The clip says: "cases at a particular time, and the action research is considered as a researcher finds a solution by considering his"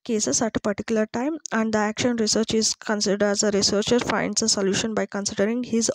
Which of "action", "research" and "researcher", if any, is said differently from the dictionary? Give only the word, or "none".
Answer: none